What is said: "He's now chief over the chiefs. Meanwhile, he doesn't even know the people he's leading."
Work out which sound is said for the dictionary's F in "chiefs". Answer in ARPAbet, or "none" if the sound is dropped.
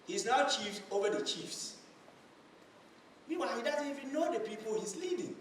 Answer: F